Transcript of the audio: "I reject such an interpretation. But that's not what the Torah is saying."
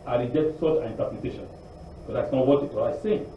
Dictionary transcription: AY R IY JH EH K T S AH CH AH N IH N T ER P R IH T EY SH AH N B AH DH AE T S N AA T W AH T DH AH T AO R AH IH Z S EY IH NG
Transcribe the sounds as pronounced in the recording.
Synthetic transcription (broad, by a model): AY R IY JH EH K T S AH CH AH N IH N T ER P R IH T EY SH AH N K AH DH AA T S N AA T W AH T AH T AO L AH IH S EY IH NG